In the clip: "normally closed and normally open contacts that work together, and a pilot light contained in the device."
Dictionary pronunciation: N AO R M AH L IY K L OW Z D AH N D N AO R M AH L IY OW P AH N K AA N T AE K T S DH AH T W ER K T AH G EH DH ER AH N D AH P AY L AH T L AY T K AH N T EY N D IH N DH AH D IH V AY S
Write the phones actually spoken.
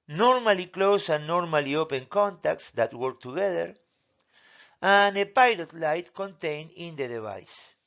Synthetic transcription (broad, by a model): N AO R M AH L IY K L OW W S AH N N AO R M AH L IY OW P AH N K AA N T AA K T S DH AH T W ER K T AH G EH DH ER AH N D AH P AY L AH T L AY T K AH N T EY N IH N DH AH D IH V AY S